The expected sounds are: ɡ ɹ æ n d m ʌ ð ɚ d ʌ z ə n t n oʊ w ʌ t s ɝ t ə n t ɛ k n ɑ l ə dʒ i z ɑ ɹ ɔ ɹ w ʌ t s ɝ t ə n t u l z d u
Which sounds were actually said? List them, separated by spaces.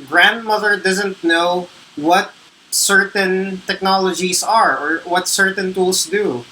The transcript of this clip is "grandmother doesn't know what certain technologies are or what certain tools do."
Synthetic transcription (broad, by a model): ɡ ɹ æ n d m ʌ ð ɚ d ʌ z ə n t n oʊ w ʌ t s ɝ t ə n t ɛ k n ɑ l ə dʒ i s ɑ ɹ ɔ ɹ w ʌ t s ɝ t ə n t u l s d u